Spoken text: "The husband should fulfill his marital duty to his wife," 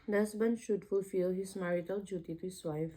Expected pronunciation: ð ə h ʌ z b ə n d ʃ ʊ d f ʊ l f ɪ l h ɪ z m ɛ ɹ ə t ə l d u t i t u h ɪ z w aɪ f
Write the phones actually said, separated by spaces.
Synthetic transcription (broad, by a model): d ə h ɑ s b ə n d ʃ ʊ d f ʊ l f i l h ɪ s m ɛ ɹ ə t ə l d u t i t u h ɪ s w aɪ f